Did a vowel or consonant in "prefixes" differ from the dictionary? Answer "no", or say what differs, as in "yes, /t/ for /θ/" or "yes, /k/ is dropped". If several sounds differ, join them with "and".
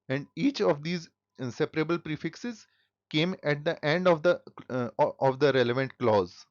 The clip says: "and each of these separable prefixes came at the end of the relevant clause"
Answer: no